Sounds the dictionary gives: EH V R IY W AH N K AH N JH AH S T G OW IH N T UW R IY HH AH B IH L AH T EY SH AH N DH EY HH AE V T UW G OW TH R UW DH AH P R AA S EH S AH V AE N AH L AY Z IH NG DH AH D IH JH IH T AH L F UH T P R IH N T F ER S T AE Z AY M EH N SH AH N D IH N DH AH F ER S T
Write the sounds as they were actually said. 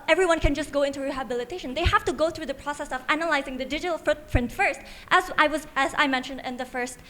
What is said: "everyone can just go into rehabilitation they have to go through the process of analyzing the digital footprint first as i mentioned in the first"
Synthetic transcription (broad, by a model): EH V R IY W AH N K AH N JH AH S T G OW IH N T UW R IY HH AH B IH L AH T EY SH AH N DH EY HH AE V T UW G OW TH R UW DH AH P R AA S EH S AH V AE N AH L AY Z IH NG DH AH D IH JH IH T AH L F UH T P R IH N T F ER S T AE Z AY M EH N SH AH N D IH N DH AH F ER S T